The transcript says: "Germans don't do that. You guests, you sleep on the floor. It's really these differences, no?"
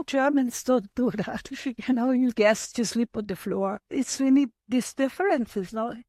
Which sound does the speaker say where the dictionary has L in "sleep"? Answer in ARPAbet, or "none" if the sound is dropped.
L